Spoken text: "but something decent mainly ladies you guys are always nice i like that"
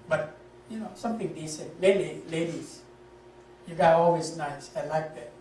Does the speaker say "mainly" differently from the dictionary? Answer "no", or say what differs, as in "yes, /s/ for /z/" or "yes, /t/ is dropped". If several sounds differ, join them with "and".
yes, /n/ is dropped